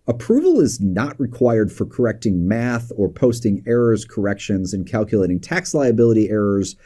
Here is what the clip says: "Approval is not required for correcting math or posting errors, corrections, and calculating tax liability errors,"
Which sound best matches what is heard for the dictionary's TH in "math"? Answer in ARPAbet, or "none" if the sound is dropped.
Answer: TH